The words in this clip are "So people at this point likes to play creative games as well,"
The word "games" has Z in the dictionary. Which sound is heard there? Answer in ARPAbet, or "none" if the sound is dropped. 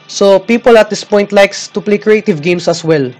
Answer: S